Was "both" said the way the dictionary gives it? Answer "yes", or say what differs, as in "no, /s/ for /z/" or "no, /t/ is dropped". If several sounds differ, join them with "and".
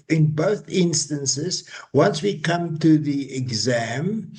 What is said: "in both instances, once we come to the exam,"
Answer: yes